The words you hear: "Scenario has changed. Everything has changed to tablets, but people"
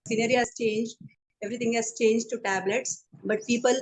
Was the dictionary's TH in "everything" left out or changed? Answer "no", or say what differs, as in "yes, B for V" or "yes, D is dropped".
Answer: yes, T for TH